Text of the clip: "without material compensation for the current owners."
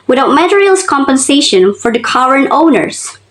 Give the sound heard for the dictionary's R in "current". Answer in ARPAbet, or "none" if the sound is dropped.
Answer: W